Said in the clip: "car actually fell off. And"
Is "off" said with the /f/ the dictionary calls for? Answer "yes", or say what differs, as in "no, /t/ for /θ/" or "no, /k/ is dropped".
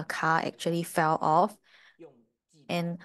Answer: yes